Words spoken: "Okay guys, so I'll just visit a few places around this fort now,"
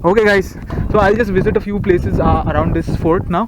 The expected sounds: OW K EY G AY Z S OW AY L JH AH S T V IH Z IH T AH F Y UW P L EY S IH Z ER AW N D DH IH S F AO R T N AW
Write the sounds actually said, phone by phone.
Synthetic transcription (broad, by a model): OW K EY G AY Z S OW AY L JH AH S T V IH Z IH T AH F Y UW P L EY S IH Z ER AW N D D IH S F AO R T N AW